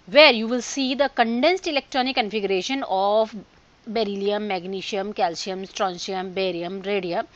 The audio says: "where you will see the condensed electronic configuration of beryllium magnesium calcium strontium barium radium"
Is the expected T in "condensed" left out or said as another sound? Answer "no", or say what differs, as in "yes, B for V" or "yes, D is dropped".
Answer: no